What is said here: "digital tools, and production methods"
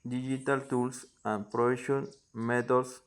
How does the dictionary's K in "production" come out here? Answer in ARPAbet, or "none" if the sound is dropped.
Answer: none